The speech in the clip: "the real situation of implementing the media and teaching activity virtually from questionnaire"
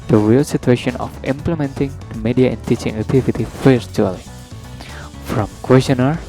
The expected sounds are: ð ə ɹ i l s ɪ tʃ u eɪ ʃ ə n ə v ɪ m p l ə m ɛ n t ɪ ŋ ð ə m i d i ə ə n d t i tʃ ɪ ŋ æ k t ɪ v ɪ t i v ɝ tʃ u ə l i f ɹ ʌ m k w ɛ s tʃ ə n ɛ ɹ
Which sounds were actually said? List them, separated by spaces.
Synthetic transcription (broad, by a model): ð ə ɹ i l s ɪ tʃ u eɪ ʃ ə n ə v ɪ m p l ə m ɛ n t ɪ ŋ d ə m i d i ə ə n d t i tʃ ɪ ŋ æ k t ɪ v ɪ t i f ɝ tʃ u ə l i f ɹ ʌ m k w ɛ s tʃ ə n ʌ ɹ